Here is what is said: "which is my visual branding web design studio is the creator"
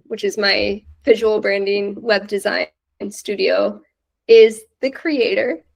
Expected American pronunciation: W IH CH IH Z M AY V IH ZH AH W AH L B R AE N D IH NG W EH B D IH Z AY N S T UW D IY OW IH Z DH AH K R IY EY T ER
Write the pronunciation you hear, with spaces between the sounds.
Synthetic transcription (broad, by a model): W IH CH IH Z M AY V IH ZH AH W L B R AE N D IH NG W EH B D IH Z AY N S T UW D IY OW IH Z DH AH K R IY EY T ER